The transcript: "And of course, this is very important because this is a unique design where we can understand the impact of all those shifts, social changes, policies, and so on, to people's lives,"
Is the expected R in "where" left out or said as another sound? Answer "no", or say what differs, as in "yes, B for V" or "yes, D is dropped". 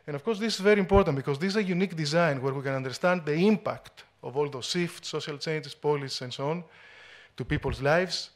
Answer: no